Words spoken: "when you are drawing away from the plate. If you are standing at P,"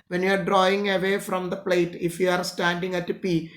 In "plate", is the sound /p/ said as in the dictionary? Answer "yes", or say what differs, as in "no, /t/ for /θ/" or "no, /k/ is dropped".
yes